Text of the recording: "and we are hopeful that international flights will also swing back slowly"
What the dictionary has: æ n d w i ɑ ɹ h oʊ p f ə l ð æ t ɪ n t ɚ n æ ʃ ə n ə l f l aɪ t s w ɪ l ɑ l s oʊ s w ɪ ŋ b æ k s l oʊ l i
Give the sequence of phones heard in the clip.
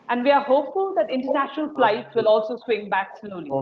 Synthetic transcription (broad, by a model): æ n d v i ɑ ɹ h oʊ p f ə l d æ t ɪ n t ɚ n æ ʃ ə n ə l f l aɪ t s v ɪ l ɑ l s oʊ s w ɪ ŋ b æ k s l oʊ l i